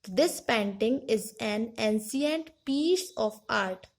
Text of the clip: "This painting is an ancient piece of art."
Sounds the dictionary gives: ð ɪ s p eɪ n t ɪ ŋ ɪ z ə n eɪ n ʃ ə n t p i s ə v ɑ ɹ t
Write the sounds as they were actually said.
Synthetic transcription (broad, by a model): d ɪ s p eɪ n t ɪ ŋ ɪ z ə n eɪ n s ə n t p i s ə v ɑ ɹ t